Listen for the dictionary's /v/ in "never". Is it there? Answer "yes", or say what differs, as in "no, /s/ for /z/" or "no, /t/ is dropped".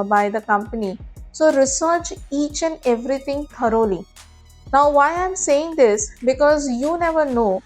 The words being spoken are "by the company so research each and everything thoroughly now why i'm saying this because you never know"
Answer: yes